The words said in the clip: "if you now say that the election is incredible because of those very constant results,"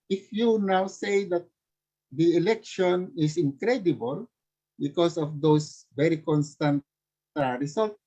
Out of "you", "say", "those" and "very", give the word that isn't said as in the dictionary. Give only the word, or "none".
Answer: those